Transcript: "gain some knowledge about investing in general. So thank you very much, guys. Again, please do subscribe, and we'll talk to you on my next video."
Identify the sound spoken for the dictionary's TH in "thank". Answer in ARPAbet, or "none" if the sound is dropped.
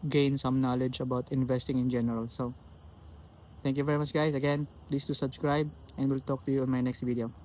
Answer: T